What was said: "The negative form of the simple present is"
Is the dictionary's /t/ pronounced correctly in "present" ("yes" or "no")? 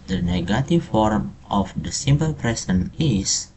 no